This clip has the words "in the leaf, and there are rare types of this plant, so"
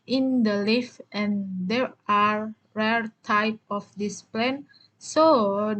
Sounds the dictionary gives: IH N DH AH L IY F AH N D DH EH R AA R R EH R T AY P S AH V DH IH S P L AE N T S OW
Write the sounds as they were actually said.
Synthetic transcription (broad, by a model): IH N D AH L IY F AH N D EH R AA R R EH R T AY P AH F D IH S P L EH N S OW